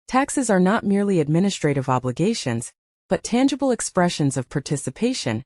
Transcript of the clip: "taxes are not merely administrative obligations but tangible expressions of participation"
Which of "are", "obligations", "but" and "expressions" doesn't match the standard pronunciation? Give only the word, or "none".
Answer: none